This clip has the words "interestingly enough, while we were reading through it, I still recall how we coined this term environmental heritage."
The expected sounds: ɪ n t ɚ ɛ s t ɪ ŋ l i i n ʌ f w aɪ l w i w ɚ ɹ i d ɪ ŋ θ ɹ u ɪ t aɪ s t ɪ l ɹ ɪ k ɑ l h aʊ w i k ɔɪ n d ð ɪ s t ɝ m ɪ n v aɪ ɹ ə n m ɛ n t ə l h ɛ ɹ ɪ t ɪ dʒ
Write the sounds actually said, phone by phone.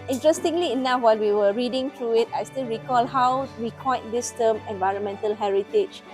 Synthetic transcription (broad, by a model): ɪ n t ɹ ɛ s t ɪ ŋ l i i n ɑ f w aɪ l w i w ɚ ɹ i d ɪ ŋ t ɹ u ɪ t aɪ s t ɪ l ɹ ɪ k ɑ l h aʊ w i k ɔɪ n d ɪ s t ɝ m ɪ n v aɪ ɹ ə n m ɛ n t ə l h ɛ ɹ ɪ t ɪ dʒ